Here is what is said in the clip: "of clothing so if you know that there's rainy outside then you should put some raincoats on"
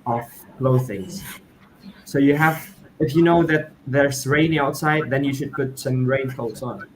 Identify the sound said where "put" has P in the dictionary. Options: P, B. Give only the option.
P